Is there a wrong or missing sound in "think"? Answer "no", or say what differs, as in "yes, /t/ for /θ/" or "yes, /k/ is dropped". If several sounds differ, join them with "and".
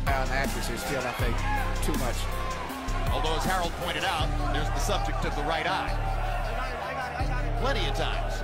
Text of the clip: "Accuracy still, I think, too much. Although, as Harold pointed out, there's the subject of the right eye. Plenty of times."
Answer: yes, /ŋ/ is dropped